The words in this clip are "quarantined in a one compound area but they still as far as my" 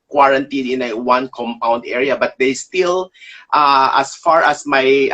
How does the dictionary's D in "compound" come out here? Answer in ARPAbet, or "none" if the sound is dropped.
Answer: D